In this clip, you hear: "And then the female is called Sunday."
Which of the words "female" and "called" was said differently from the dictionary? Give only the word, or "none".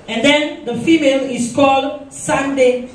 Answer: none